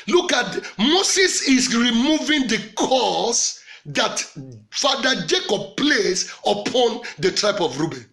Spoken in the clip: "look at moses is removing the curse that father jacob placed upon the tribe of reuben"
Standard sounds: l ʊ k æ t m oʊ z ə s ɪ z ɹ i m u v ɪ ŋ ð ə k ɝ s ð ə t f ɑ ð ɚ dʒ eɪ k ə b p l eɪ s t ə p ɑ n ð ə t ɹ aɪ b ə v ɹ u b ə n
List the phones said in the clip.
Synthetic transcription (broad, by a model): l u k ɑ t m oʊ s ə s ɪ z ɹ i m u v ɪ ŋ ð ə k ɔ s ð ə t f ɑ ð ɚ dʒ eɪ k ə b p l eɪ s ə p ɑ n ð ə t ɹ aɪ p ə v ɹ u b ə n